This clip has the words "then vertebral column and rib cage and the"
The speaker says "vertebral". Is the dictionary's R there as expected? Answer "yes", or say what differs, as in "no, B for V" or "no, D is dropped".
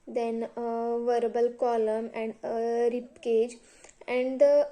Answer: no, R is dropped